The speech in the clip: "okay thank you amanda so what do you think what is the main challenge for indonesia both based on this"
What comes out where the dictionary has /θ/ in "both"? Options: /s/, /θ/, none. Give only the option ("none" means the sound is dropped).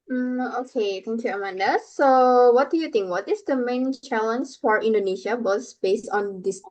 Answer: /s/